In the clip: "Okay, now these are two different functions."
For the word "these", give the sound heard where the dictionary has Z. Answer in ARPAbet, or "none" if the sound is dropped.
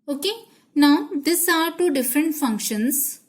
S